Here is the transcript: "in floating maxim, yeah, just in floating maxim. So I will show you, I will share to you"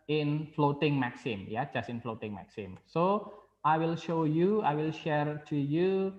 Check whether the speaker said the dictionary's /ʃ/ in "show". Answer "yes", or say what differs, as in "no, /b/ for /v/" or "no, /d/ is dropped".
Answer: yes